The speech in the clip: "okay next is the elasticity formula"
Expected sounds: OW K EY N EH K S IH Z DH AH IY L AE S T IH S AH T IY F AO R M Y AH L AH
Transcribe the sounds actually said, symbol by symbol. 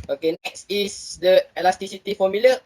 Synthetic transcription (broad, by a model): OW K EY N EH K S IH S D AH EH L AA S T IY S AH T IY F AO M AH L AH